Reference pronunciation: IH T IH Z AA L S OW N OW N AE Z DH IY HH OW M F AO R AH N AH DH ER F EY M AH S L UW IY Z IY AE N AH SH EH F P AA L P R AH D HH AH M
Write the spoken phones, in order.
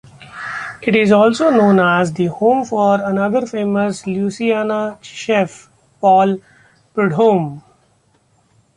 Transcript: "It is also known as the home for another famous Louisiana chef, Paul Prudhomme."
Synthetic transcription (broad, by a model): IH T IH Z AA L S OW N OW N AE Z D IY HH OW M F AO R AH N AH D ER F EY M AH S L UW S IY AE N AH SH EH F P AA L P R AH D HH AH M